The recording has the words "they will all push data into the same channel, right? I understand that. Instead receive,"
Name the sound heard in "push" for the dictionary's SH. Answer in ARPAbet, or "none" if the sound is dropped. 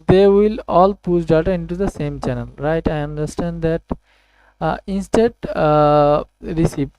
S